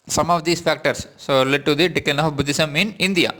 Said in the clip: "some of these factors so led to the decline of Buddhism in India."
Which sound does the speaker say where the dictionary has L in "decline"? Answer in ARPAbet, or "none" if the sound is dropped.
none